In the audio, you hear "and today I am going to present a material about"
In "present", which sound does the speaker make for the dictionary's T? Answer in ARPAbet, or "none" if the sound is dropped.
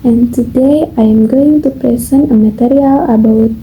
none